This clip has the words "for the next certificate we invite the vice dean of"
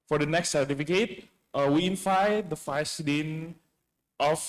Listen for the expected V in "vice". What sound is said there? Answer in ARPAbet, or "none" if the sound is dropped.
F